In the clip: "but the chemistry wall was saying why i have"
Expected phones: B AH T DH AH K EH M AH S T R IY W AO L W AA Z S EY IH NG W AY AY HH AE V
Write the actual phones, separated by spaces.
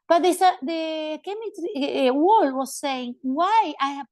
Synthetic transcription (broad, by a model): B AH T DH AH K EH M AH T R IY W AO L W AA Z S EY IH NG W AY AY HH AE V